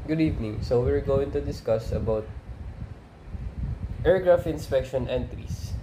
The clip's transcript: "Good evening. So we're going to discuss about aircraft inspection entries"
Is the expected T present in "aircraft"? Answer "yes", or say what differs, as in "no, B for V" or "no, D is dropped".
no, T is dropped